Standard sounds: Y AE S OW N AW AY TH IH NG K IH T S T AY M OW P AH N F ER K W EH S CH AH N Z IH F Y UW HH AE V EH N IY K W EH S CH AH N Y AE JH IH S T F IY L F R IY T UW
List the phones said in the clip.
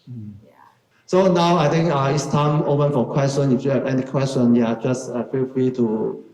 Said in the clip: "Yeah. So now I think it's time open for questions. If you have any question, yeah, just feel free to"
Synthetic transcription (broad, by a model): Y S OW N AW AY T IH NG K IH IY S T AY M OW P AH N F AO K W EH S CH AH N IH F Y UW HH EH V EH N IY K W EH S CH AH N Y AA JH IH S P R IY F R IY T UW